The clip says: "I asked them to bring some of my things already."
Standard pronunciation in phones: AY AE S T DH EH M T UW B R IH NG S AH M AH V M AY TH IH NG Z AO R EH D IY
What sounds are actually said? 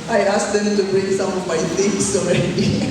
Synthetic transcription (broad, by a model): AY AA S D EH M T UW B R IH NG S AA M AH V M AY T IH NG S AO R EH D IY